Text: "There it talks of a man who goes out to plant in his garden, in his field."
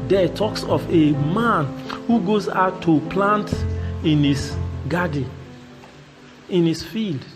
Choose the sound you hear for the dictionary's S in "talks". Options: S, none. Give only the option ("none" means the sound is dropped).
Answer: S